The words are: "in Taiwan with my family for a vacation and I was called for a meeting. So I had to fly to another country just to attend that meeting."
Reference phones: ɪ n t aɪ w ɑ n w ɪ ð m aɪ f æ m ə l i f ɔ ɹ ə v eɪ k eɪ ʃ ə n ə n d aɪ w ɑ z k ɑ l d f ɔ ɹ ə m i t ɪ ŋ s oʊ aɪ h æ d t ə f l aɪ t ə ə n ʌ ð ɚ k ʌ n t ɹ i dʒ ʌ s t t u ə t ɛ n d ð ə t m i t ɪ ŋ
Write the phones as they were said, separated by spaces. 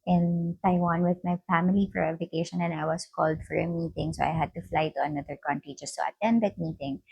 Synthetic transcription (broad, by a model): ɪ n t aɪ w ɑ n w ɪ ð m aɪ f æ m ə l i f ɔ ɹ ə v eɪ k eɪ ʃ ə n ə n aɪ w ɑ s k ɑ l d f ɔ ɹ ə m i t ɪ ŋ s oʊ aɪ h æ d t ə f l aɪ t ə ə n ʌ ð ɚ k ʌ n t ɹ i dʒ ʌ s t t u ə t ɛ n d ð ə t m i t ɪ ŋ